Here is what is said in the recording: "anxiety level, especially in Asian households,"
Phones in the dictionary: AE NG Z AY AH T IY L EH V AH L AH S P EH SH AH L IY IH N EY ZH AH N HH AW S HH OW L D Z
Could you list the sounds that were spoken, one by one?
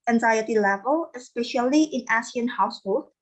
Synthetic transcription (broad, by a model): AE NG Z AY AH T IY L EH V AH L AH S P EH SH AH L IY IH N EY S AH N HH AW S HH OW L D